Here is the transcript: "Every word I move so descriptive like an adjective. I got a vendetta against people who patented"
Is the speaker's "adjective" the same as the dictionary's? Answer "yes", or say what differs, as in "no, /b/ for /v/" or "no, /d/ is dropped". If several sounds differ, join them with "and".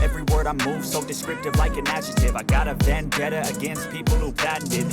no, /tʃ/ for /dʒ/ and /k/ is dropped